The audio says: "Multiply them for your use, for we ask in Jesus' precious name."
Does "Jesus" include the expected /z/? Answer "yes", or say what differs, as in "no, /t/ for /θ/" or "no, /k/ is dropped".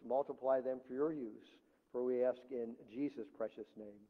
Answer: yes